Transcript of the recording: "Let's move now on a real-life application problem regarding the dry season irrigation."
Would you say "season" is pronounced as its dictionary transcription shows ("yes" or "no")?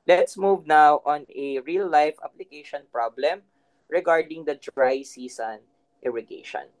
no